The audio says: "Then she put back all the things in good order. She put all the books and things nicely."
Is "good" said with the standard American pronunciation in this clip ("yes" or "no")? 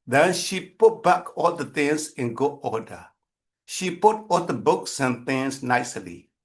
no